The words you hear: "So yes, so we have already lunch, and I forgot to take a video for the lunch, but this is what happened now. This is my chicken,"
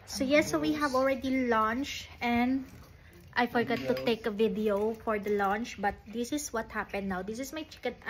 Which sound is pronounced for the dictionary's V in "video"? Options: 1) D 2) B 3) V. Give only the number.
3